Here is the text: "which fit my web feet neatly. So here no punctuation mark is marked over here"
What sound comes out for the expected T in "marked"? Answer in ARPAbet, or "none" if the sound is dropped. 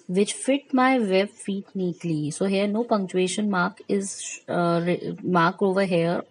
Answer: none